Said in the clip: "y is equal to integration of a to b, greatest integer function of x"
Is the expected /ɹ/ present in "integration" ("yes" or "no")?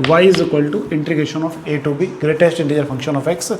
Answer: no